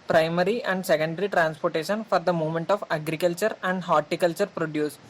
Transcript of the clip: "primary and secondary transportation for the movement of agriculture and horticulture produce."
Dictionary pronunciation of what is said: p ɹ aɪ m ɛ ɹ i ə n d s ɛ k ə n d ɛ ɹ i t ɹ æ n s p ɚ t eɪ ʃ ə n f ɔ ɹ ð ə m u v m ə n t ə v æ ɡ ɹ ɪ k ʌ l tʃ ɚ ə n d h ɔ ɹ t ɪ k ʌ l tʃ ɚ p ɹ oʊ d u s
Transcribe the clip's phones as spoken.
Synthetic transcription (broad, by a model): p ɹ aɪ m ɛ ɹ i ə n d s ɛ k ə n d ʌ ɹ i t ɹ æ n s p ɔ t eɪ ʃ ə n f ɔ ɹ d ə m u m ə n t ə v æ ɡ ɹ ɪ k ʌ l tʃ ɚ ə n d h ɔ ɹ t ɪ k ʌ l tʃ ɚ p ɹ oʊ d u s